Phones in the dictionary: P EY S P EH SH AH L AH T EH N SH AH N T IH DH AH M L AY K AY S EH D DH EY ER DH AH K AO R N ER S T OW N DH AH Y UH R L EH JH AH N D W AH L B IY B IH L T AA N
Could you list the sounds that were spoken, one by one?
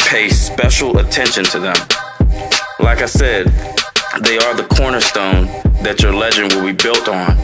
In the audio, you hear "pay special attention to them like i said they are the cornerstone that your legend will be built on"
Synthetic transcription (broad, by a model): P EY S P EH SH L AH T EH N SH AH N T IH DH AH M L AY K AY S EH D DH EY ER DH AH K AO R N ER S T OW N DH AH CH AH R L EH JH AH N D W AH L B IY B IH L T N